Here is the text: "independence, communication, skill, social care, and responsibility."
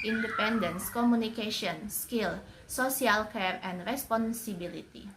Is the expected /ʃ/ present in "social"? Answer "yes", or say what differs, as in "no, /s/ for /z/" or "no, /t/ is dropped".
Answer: no, /s/ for /ʃ/